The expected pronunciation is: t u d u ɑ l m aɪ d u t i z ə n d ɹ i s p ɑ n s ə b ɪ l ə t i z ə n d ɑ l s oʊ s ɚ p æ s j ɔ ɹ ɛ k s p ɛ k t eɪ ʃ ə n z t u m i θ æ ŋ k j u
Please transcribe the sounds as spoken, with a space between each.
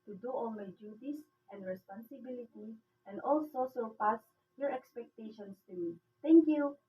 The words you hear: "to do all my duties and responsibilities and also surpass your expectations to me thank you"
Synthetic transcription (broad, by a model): t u d u ɑ l m aɪ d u t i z ə n d ɹ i s p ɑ n s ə b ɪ l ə t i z ə n d ɑ l s oʊ s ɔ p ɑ s j ɔ ɹ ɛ k s p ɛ k t eɪ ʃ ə n s t u m i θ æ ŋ k j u